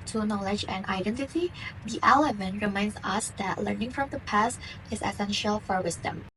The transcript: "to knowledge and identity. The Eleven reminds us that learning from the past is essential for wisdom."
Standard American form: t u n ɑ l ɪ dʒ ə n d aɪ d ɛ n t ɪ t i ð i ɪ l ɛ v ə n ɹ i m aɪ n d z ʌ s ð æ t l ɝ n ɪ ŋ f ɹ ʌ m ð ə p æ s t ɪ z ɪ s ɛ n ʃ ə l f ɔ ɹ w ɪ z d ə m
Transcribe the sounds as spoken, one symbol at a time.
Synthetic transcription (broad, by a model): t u n ɑ l ɪ dʒ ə n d aɪ d ɛ n t ɪ t i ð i ɪ l ɛ v ə n ɹ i m aɪ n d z ʌ s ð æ t l ɝ n ɪ ŋ f ɹ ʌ m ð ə p æ s t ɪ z ɪ s ɛ n ʃ ə l f ɔ ɹ w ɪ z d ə m